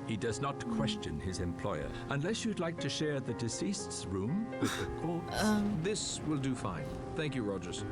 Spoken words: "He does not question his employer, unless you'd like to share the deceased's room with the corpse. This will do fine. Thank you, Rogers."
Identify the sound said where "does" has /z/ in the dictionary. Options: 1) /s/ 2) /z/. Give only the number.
2